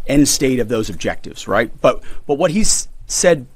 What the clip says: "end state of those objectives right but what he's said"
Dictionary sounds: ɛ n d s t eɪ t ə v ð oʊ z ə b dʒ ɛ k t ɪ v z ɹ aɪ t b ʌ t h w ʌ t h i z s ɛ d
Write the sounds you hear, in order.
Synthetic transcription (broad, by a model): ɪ n s t eɪ t ə v ð oʊ z ə b dʒ ɛ k t ɪ v z ɹ aɪ t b ʌ t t w ʌ t h i z s ɛ d